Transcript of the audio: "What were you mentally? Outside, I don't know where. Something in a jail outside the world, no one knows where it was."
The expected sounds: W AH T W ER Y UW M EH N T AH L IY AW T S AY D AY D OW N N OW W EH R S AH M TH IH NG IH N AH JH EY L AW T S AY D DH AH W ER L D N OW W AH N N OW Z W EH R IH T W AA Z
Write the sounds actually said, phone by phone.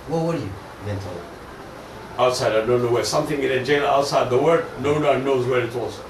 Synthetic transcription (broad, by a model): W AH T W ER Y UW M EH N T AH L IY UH T S AY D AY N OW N N OW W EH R S AH M TH IH NG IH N AH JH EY N AW T S AY D DH AH W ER D N OW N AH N N OW Z W EH R IH T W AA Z